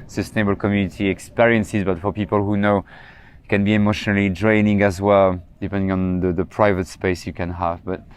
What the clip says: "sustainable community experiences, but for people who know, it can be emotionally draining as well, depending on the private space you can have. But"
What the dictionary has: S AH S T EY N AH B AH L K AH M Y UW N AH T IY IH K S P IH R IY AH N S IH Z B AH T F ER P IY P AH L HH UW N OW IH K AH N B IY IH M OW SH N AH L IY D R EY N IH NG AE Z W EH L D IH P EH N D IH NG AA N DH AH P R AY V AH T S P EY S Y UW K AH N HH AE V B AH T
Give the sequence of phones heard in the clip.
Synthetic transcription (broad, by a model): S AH S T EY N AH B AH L K AH M Y UW N AH T IY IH K S P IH R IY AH N S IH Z B AH T F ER P IY P AH L HH UW N OW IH K AH N B IY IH M OW SH N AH L IY D R EY N IH NG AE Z W EH L D IH P EH N D IH NG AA N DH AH P R AY V AH T S P EY S Y UW K AH N HH AE V B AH T